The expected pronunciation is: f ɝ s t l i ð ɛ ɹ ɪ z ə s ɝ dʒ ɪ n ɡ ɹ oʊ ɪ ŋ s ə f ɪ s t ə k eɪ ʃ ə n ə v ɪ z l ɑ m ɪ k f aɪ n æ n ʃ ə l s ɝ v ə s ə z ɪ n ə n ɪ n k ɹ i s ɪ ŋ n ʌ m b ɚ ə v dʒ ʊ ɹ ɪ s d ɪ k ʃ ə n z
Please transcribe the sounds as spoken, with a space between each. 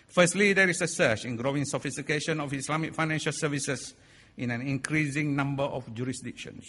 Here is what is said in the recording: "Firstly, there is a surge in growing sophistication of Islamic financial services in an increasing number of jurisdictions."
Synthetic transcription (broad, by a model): f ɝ s t l i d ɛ ɹ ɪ s ə s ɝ tʃ ɪ n ɡ ɹ oʊ ɪ ŋ s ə f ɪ s t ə k eɪ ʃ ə n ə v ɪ s l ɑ m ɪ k f aɪ n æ n ʃ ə l s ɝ v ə s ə s ɪ n ə n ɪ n k ɹ i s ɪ ŋ n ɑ m b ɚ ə f dʒ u ɹ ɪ s d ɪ k ʃ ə n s